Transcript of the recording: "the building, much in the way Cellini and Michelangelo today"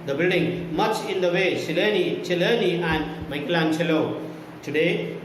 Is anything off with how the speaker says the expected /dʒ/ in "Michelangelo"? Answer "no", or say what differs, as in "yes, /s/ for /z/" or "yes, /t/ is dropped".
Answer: yes, /tʃ/ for /dʒ/